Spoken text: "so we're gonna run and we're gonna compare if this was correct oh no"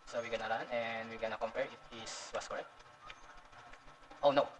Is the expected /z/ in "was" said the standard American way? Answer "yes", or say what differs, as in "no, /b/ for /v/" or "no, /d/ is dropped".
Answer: no, /s/ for /z/